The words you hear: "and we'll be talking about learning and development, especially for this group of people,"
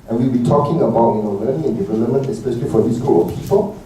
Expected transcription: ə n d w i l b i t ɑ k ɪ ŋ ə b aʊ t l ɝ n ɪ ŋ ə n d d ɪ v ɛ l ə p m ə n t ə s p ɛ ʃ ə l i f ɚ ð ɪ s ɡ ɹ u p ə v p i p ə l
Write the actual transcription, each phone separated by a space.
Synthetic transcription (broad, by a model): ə n w i l b i t ɑ k ɪ ŋ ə b aʊ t n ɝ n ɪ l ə n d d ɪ v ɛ l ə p m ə n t ə s p ɛ ʃ ə l i f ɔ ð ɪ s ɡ u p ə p i p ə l